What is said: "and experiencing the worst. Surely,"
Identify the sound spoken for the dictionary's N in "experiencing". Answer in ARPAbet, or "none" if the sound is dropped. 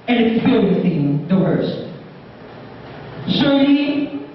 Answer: none